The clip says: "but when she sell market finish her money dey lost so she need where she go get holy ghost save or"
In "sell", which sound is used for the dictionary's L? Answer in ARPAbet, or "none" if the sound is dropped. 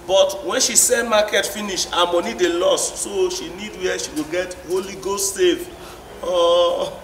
N